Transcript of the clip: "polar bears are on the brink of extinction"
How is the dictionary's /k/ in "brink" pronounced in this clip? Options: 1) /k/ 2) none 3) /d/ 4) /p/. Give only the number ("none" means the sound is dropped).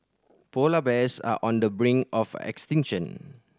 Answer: 2